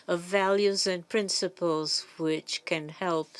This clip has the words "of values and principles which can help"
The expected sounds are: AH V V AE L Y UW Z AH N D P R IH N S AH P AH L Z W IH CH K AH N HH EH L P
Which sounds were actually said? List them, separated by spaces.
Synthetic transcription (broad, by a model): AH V V AE L Y UW Z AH N P R IH N S AH P AH L Z W IH CH K AH N HH EH L P